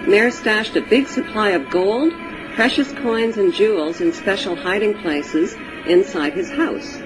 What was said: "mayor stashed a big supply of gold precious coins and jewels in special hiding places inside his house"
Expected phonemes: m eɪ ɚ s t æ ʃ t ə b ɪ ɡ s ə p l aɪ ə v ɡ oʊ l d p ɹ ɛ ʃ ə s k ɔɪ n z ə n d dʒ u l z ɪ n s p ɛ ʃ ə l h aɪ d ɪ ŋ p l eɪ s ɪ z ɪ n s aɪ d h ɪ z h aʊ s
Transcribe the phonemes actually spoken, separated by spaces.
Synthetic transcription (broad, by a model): m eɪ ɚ s t æ ʃ t ə b ɪ ɡ s ə p l aɪ ə v ɡ oʊ l d p ɹ ɛ ʃ ə s k ɔɪ n z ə n dʒ u l z ɪ n s p ɛ ʃ l h aɪ d ɪ ŋ p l eɪ s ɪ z ɪ n s aɪ d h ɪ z h aʊ s